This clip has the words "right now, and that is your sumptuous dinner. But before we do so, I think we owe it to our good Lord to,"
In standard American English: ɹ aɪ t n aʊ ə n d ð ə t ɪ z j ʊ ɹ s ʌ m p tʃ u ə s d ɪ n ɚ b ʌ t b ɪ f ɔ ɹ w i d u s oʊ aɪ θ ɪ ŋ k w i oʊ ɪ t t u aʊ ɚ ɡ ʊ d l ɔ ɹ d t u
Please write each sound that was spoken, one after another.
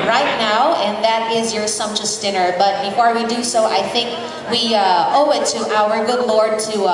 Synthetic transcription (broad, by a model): ɹ aɪ t n aʊ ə n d ð ə t ɪ z j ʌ ɹ s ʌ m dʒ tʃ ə s d ɪ n ɚ b ʌ t b ɪ f ɔ ɹ w i d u s oʊ aɪ θ ɪ ŋ k w i oʊ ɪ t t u aʊ ɚ ɡ ʊ d l ɔ ɹ d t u